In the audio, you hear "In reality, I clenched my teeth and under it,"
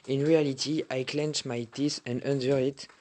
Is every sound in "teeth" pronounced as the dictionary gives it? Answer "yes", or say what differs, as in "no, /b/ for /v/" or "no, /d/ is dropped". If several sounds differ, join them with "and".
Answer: no, /s/ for /θ/